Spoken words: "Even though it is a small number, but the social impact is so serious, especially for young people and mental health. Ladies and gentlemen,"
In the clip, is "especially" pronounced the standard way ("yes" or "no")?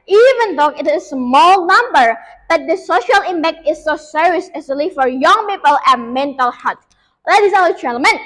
no